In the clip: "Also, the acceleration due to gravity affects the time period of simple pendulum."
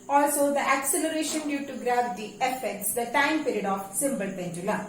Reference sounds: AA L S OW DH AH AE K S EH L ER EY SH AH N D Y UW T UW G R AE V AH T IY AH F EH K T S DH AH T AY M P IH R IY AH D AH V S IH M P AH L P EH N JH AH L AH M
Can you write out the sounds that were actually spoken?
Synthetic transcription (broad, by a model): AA L S OW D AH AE K S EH L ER EY SH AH N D Y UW T UW G R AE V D IY AH F EH K T S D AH T AY M P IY R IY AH D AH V S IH M B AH L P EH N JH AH L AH